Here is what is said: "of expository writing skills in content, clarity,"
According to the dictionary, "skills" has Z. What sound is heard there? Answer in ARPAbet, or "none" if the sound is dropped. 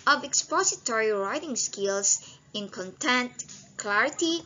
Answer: S